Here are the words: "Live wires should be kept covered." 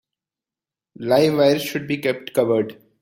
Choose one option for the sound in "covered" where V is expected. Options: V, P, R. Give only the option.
V